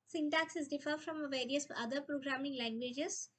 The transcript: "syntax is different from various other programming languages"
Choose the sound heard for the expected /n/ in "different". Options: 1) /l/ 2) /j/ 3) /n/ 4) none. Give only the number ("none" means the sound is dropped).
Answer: 4